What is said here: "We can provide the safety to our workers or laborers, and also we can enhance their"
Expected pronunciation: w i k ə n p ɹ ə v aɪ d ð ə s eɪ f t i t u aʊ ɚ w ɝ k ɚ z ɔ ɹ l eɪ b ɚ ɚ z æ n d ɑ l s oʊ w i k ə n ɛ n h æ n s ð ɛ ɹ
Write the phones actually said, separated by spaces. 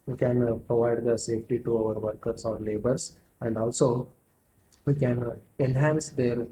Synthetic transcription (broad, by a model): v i k ə n p ɹ ə v aɪ d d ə s eɪ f t i t u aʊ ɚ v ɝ k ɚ s ɔ ɹ l eɪ b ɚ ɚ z æ n d ɑ l s oʊ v i k ə n ɛ n h æ n s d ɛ ɹ